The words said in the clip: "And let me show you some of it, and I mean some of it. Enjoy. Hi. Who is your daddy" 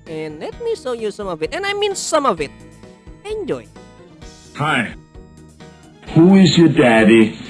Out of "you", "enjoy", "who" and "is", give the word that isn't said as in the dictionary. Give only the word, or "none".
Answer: none